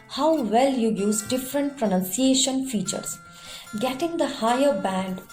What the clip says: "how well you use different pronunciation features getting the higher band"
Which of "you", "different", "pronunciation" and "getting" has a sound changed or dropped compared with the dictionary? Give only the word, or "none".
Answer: none